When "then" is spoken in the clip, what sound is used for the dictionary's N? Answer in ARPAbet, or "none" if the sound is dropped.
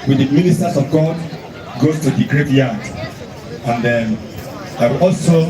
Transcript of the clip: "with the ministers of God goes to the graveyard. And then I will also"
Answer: none